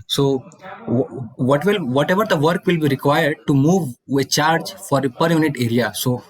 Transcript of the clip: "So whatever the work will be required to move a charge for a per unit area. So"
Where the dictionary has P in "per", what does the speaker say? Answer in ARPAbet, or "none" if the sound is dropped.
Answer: P